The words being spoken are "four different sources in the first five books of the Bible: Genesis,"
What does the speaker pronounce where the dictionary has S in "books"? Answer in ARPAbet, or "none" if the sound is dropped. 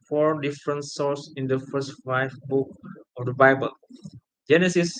none